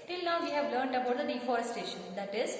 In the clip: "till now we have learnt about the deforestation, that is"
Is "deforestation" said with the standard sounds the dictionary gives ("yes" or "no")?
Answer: yes